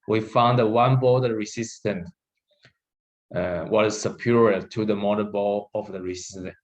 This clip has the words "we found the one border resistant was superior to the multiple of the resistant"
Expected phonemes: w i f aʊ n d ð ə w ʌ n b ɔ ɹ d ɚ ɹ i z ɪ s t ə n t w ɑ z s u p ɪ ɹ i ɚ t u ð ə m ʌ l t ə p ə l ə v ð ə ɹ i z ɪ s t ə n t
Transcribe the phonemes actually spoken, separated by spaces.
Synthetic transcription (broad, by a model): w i f aʊ n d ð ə w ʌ n b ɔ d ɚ ɹ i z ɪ s t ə n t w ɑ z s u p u ɹ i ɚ t u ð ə m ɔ t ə b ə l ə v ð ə ɹ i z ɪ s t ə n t